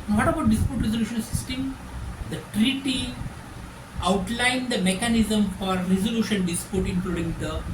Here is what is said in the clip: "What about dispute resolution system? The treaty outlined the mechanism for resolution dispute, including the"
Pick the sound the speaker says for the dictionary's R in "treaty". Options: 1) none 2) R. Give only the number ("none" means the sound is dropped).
2